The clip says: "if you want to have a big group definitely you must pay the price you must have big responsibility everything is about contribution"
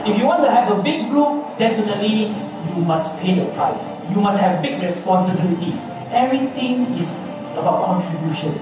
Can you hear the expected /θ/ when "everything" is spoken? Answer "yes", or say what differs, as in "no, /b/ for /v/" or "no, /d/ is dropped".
no, /t/ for /θ/